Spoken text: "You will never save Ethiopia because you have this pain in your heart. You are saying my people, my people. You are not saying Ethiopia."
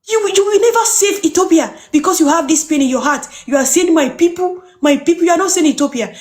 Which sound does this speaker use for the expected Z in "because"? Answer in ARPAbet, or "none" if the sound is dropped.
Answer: S